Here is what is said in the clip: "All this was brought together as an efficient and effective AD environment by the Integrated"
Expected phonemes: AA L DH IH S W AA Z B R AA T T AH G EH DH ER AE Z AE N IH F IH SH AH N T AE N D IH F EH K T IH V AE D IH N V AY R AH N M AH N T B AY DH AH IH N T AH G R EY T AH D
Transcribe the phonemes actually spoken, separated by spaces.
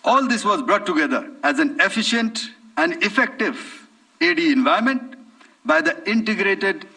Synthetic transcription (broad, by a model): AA L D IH S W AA Z B R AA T T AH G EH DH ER AE Z AE N IH F IH SH AH N T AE N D IH F EH K T IH V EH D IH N V AY AH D M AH N T B AY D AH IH N T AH G R EY T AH D